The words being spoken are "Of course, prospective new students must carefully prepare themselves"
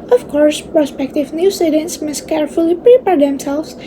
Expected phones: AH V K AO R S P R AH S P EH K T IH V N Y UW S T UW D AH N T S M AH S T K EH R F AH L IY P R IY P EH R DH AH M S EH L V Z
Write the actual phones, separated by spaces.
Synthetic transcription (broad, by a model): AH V K AO R S P R AH S P EH K T IH V N Y UW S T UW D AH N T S M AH S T K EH R F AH L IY P R IY P EH R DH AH M S EH L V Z